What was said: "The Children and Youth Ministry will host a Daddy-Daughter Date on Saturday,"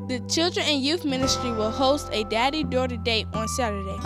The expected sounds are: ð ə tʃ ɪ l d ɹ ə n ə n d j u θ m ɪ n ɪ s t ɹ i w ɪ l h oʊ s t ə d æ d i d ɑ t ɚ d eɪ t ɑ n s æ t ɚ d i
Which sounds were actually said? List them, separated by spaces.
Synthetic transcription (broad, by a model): ð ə tʃ ɪ l d ɹ ə n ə n j u θ m ɪ n ɪ s t ɹ i w ɪ l h oʊ s t ə d æ d i d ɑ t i d eɪ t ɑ n s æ t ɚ d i